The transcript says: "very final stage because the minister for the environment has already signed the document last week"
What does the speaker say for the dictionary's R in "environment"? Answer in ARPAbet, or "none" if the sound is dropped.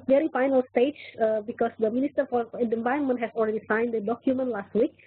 none